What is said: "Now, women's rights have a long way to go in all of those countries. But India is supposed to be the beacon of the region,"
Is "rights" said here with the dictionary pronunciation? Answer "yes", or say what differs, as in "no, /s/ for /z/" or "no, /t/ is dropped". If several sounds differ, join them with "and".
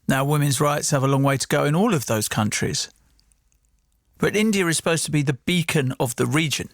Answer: yes